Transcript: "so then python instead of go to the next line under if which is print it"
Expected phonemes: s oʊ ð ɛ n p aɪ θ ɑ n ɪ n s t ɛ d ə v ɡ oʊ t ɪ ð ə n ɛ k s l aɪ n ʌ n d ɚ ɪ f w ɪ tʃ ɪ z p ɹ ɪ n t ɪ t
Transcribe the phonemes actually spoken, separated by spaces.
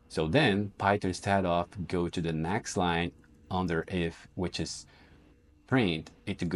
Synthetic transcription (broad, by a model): s oʊ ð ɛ n p aɪ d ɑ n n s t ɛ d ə f ɡ oʊ t ɪ ð ə n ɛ k s l aɪ n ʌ n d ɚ ɪ f w ɪ tʃ ɪ z p ɹ ɪ n t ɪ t